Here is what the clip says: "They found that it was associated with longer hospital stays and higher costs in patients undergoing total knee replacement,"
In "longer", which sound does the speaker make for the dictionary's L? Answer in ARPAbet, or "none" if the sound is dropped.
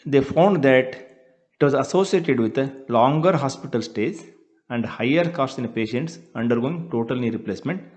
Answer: L